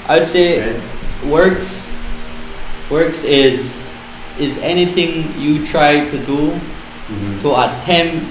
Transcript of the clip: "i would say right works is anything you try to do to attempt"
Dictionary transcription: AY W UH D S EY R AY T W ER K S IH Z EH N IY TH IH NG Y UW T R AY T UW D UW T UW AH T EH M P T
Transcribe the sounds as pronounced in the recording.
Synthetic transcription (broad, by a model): AY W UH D S EY W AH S W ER K S IH Z EH N IY TH IH NG Y UW T R AY T UW D UW T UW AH T EH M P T